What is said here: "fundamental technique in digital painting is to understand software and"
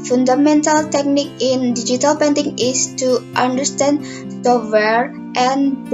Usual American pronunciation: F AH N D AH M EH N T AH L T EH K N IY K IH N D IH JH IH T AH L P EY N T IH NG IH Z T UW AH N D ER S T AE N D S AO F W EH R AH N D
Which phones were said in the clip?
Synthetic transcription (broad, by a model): F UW N D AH M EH N T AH L T EH K N IY K IH N D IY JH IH T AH L P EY N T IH NG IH S T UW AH N D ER S T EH N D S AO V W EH R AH N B